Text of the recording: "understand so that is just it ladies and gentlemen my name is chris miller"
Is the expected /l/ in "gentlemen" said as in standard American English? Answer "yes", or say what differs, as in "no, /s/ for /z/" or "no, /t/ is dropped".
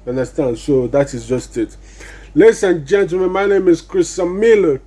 no, /l/ is dropped